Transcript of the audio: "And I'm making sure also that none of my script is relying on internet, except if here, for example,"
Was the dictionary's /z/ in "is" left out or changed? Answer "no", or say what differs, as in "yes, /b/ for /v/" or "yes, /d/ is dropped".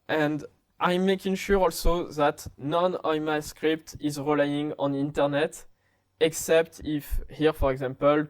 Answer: no